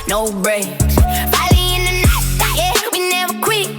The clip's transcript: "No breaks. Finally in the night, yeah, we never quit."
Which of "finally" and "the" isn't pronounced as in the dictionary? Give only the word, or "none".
finally